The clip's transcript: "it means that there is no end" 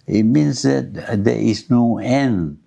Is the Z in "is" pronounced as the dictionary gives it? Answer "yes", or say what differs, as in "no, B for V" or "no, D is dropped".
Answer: no, S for Z